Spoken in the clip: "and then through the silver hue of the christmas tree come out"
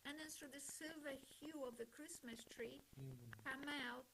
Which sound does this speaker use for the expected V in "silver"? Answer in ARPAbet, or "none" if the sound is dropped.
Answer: V